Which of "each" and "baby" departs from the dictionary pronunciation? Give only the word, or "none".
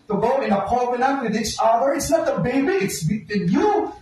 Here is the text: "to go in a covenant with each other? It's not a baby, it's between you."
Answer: none